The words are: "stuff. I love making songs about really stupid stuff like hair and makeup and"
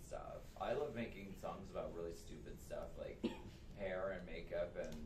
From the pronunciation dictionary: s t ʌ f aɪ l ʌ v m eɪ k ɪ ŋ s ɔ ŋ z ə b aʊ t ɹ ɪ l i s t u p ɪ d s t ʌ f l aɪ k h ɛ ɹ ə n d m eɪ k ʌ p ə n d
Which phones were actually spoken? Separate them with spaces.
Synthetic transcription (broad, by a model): s t ʌ f aɪ l ʌ v m eɪ k ɪ ŋ s ɔ ŋ z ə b aʊ t ɹ ɪ l i s t u p ɪ d s t ʌ f l aɪ k h ɛ ɹ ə n m eɪ k ʌ p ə n